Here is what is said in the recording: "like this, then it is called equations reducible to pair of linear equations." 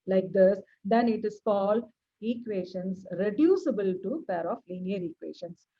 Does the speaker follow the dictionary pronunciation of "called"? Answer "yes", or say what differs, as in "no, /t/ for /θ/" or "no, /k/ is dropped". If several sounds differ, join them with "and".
no, /d/ is dropped